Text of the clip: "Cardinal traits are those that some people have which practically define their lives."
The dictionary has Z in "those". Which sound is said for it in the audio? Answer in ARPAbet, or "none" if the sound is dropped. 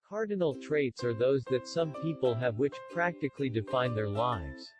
Z